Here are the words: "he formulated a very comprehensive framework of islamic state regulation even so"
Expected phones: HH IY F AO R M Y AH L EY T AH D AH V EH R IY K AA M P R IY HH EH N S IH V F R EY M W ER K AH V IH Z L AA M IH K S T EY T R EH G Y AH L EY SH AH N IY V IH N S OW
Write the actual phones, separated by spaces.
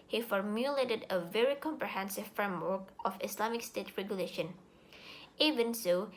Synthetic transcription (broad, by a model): HH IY F AO R M Y AH L EY T AH D AH V EH R IY K AA M P R IY HH EH N S IH V F R EY M W ER K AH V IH S L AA M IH K S T EY T R EH G Y AH L EY SH AH N IY V IH N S OW